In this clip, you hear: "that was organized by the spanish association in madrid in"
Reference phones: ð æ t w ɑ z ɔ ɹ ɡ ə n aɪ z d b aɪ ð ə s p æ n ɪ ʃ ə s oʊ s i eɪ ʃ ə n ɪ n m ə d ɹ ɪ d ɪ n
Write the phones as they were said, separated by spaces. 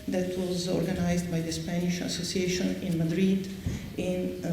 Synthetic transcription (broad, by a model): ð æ t w ɑ z ɔ ɹ ɡ ə n aɪ z d b aɪ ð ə s p æ n ɪ ʃ ə s oʊ s i eɪ ʃ ə n ɪ n m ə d ɹ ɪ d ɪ n